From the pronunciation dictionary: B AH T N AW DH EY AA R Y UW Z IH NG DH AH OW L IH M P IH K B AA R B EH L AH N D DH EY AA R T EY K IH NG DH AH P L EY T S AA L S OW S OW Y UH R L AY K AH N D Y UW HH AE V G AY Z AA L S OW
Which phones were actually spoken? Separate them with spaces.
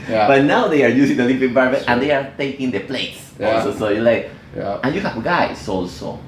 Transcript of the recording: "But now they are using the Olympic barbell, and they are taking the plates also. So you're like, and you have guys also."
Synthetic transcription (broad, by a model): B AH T N AW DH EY AA R Y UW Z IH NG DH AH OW L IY P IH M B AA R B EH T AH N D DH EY AA R T EY K IH NG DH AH P L EY T S AA L S OW S OW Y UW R L AY K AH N Y UW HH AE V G AY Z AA L S OW